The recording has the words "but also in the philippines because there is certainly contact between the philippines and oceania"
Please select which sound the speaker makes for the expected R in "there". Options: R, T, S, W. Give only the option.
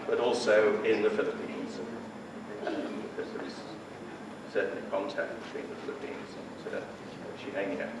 W